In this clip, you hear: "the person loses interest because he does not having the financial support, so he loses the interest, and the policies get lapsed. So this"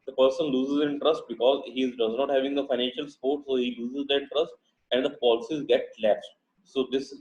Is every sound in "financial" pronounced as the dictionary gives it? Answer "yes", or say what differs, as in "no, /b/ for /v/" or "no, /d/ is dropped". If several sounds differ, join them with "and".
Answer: yes